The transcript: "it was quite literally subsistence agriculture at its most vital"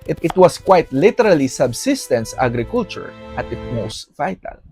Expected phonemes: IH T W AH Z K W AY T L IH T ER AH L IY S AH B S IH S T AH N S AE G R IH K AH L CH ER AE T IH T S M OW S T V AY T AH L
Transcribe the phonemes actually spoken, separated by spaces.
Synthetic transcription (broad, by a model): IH T W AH S K W AY T L IH T ER AH L IY S AH B S IH S T AH N S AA G R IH K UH L CH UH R T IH T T M OW S T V AY T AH L